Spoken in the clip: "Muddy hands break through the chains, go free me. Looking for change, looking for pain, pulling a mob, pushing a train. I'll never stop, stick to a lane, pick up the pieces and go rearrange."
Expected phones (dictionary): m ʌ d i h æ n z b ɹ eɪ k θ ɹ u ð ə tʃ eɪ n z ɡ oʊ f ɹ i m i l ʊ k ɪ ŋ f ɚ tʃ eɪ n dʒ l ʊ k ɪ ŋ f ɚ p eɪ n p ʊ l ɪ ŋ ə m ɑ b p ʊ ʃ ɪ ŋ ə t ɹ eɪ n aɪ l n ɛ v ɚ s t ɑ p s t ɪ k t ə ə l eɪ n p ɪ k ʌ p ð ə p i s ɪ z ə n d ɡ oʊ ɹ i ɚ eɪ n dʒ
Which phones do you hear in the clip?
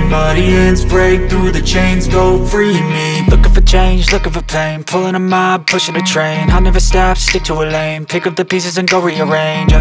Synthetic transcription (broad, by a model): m ʌ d i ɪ n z b ɹ eɪ k θ ɹ u ð ə tʃ eɪ n z ɡ oʊ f ɹ i m i l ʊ k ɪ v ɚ tʃ eɪ n dʒ l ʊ k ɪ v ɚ p eɪ n p ʊ l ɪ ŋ ə m ɑ b p ʊ ʃ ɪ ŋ ə t ɹ eɪ n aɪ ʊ n ɛ v ɚ s t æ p s t ɪ k t ə ə l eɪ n p ɪ k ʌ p ð ə p i s ɪ z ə n ɡ oʊ ɹ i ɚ eɪ n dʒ